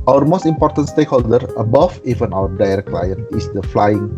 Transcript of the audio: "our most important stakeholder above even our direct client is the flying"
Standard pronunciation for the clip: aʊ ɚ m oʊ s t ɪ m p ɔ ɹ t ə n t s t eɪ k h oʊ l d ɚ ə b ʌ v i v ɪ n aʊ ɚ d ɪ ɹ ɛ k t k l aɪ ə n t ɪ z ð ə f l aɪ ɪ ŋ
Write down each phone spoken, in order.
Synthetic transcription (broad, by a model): aʊ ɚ m oʊ s t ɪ m p ɔ ɹ t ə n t s t eɪ k h oʊ l d ɚ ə b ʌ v i v ɪ n aʊ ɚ d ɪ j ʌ t k l aɪ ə n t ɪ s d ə f l aɪ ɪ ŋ